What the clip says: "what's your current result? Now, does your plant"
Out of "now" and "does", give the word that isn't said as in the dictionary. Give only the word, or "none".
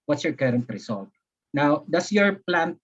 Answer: does